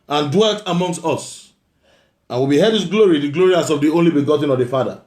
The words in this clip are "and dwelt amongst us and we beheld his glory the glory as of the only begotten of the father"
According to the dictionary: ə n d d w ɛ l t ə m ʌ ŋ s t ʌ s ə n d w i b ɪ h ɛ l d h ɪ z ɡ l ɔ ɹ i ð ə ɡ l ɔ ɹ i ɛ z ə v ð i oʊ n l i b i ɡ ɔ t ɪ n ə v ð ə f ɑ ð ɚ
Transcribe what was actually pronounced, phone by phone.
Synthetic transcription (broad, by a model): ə n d d w ɛ l t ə m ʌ ŋ s t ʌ s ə n w i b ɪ h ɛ d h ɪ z ɡ l ɔ ɹ i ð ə ɡ l ɔ ɹ i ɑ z ə v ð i oʊ n l i b i ɡ ɔ t ɪ n ə v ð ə f ɑ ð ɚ